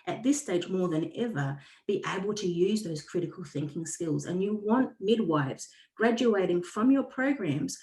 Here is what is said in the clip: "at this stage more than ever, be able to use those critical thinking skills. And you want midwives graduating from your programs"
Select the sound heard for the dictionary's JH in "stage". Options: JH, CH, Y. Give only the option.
JH